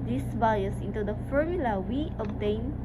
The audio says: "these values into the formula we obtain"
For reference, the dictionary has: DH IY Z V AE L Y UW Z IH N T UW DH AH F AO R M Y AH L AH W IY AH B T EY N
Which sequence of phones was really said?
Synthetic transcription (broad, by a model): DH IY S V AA Y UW S IH N T UW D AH F AO R M Y AH L AH W IY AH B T EY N